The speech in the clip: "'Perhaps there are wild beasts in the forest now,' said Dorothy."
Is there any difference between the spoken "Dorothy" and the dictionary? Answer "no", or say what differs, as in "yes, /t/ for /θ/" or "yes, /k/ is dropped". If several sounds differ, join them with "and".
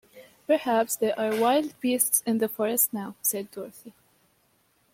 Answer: no